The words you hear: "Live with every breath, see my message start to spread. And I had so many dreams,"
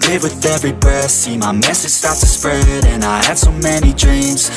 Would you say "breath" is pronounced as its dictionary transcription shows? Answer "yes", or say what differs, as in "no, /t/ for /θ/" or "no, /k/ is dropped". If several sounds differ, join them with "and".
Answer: no, /ɹ/ is dropped